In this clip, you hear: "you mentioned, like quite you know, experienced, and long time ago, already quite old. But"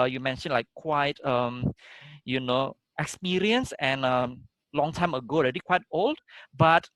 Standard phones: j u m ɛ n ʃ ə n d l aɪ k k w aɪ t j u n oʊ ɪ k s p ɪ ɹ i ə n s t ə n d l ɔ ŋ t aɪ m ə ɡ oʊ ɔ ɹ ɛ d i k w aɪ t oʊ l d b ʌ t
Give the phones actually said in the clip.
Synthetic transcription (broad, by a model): j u m ɛ n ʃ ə n l aɪ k k w aɪ t j u n oʊ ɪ k s p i ɹ i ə n s ə n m l ɔ ŋ t aɪ m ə ɡ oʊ ɔ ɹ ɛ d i k w aɪ t oʊ l d b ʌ t